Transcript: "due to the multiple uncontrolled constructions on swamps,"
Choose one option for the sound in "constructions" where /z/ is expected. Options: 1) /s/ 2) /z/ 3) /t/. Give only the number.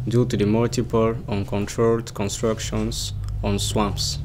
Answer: 1